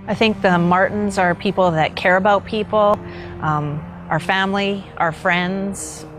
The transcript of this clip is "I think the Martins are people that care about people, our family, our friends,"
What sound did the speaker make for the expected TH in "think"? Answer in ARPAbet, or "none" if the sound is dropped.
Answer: TH